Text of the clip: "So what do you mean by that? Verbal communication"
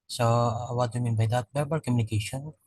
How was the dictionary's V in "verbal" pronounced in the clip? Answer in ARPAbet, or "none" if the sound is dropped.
B